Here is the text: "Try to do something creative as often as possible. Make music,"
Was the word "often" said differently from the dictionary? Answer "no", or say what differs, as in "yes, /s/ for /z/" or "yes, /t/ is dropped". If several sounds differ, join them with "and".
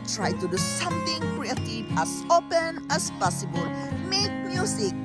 yes, /p/ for /f/